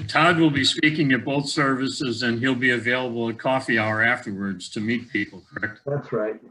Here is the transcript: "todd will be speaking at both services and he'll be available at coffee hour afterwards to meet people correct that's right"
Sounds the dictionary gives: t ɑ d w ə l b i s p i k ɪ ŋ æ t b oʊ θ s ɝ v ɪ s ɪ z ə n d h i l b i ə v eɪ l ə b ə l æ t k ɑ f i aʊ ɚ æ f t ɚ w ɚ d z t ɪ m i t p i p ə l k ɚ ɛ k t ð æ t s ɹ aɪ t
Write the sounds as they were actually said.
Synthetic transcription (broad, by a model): t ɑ d w ə l b i s p i k ɪ ŋ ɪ t b oʊ θ s ɝ v ɪ s ɪ z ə n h i l b i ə v eɪ l ə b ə l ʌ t k ɑ f i aʊ ɚ æ f t ɚ w ɚ d z t ɪ m i t p i p l k ɚ ɛ k t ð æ t s ɹ aɪ t